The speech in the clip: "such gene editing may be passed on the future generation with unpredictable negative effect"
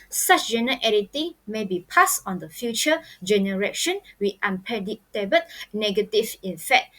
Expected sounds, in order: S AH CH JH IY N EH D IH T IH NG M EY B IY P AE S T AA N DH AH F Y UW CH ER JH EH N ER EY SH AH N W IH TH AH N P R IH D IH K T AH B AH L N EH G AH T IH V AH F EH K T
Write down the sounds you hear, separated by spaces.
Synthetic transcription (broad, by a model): S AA CH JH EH N EH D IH T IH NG M EY B IY P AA S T AA N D AH F Y UW CH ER JH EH N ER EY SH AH N W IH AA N P IH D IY T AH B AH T N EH G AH T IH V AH F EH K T